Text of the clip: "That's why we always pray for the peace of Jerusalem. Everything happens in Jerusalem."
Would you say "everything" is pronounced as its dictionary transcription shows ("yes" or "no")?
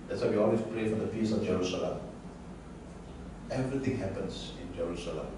no